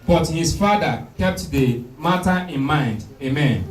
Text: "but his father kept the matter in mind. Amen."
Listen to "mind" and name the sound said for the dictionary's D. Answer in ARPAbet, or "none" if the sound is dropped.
D